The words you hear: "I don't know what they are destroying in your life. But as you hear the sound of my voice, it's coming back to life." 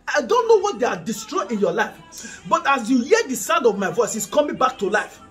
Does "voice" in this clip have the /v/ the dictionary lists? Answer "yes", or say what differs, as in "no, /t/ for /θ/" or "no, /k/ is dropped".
yes